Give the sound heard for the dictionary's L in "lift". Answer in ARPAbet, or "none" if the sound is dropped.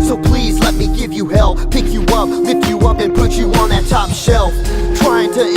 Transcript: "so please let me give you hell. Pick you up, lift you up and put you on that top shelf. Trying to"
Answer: W